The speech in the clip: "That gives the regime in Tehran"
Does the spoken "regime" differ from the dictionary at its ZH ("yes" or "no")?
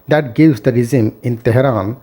yes